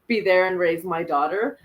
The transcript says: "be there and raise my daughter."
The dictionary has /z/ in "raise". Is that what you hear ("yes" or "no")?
yes